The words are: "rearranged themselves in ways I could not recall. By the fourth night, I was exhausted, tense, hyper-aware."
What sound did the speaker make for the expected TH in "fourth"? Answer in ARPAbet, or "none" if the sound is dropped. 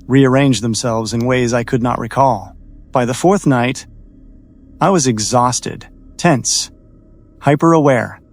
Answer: TH